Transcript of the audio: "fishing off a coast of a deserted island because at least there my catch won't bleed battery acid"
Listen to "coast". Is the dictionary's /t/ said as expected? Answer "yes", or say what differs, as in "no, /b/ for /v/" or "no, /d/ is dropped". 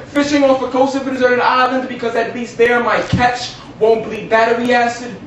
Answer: no, /t/ is dropped